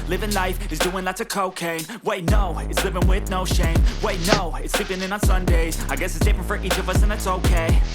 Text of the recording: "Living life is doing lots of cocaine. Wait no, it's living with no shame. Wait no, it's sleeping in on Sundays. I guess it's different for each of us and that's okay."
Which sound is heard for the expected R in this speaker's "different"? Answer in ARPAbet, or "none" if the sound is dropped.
none